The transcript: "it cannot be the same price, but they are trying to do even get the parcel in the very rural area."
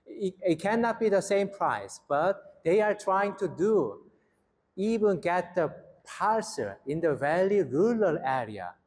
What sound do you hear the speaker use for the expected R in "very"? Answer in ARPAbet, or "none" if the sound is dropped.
L